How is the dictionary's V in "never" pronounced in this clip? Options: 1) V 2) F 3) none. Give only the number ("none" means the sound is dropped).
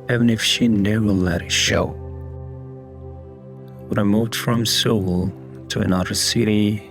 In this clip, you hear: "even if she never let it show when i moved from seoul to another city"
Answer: 3